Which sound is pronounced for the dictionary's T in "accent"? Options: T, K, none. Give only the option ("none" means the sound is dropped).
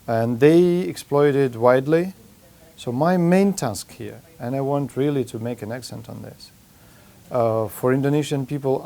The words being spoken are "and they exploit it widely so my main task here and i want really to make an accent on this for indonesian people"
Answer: T